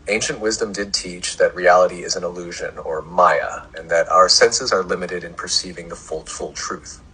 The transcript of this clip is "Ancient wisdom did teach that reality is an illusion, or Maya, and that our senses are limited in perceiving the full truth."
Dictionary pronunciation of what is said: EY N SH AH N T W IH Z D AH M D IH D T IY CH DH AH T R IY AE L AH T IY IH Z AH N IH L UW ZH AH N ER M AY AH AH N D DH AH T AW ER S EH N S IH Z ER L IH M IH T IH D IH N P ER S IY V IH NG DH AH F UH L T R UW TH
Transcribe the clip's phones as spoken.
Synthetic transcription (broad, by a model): EY N SH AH N T W IH Z D AH M D IH D T IY CH DH AH T R IY AE L AH T IY IH Z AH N IH L UW ZH AH N ER M AY AH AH N DH AH T AW ER S EH N S IH Z ER L IH M IH T IH D IH N P ER S IY V IH NG DH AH F UH L T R UW TH